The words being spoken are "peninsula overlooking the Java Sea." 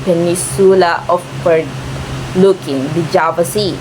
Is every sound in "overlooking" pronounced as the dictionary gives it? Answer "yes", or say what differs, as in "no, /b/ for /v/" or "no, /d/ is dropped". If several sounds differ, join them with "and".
no, /p/ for /v/